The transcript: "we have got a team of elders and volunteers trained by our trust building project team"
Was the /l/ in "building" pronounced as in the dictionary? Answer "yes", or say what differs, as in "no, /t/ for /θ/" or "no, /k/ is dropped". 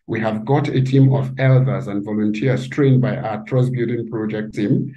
no, /l/ is dropped